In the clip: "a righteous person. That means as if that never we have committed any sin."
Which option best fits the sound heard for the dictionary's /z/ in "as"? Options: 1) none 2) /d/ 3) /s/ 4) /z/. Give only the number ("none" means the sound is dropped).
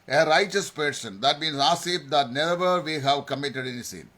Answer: 3